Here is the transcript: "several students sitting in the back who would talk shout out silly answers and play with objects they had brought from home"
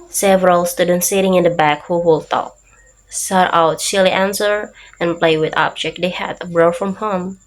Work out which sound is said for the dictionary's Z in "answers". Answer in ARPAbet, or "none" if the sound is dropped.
none